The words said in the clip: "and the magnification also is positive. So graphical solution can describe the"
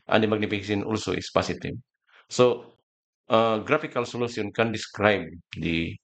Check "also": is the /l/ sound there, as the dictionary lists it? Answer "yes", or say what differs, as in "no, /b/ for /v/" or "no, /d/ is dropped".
yes